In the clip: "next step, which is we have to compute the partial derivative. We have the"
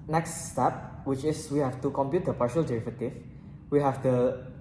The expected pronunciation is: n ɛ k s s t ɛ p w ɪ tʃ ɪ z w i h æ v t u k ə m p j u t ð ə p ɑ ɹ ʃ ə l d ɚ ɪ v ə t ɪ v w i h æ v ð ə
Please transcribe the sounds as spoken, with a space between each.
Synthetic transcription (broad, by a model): n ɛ k s s t ɛ p w ɪ tʃ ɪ s w i h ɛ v t u k ə m p j u t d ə p ɑ ɹ ʃ ə l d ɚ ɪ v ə t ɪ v w i h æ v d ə